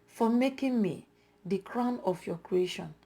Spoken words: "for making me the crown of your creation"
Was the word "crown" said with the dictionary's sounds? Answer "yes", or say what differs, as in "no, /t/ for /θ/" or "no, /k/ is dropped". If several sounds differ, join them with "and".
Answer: yes